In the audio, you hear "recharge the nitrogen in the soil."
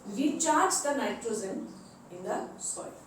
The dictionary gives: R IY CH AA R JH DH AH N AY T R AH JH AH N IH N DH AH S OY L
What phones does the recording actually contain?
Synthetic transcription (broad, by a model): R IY CH AA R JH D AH N AY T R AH Z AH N IH N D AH S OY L